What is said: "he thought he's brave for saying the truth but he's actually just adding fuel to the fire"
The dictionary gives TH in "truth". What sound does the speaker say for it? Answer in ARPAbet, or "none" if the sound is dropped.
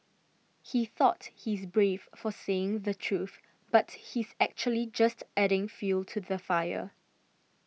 TH